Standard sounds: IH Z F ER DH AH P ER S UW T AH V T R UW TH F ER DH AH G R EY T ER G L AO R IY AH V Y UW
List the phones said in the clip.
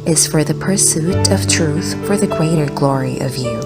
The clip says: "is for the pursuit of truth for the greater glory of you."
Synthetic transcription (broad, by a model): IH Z F ER DH AH P ER S UW T AH V T R UW TH F ER DH AH G R EY T ER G L AO R IY AH V Y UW